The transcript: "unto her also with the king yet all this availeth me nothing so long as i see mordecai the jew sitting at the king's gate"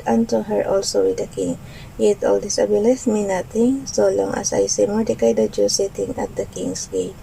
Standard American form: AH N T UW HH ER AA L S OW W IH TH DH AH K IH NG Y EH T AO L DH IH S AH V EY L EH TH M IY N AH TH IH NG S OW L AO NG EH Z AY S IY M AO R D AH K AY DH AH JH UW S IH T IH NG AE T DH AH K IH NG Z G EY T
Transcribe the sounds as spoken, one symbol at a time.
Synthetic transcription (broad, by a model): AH N T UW HH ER AA L S OW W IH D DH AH K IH NG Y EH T AO L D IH S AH B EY L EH S M IY N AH T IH NG S OW L AO NG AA S AY S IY M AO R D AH K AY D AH JH UW S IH T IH NG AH T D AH K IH NG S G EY